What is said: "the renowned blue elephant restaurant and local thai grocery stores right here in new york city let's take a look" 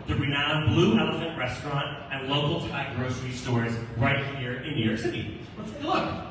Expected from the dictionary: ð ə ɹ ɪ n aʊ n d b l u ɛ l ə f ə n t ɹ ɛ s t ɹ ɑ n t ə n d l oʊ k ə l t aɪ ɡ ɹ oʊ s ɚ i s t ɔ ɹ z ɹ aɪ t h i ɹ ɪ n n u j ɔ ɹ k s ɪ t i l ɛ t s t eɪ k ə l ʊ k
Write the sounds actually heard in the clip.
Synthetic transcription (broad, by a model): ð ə ɹ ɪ n aʊ n b l u ɛ l ə f ə n t ɹ ɛ s t ɹ ɑ n t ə n l oʊ k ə l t aɪ ɡ ɹ oʊ s ɚ i s t ɔ ɹ z ɹ aɪ t h i ɹ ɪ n n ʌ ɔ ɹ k s ɪ t i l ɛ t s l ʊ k